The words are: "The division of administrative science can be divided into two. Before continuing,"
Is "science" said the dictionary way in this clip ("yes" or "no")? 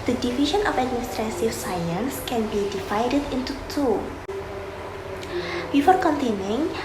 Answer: yes